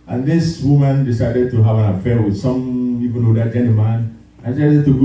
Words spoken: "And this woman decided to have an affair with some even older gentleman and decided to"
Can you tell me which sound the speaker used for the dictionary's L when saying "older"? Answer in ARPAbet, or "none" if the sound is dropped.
none